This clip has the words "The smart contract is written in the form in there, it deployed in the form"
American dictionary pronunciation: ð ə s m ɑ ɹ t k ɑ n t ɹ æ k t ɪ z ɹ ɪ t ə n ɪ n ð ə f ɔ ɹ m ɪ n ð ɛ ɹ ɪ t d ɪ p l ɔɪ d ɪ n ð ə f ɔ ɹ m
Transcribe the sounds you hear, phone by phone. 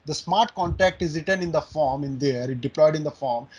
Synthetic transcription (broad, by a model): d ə s m ɑ ɹ t k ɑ n t æ k t ɪ z ɹ ɪ t ə n ɪ n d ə f ɔ ɹ m ɪ n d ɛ ɹ ɪ t d ɪ p l ɔɪ d ɪ n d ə f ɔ ɹ m